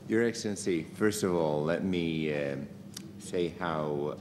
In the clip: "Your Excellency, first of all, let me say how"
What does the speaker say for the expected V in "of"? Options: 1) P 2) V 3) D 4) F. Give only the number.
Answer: 2